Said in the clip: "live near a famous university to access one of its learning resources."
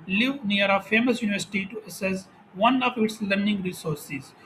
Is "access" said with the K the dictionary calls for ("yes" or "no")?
no